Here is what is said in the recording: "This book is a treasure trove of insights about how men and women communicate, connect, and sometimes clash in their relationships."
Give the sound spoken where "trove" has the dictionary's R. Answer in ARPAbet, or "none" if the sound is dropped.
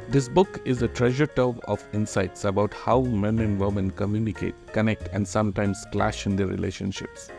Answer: none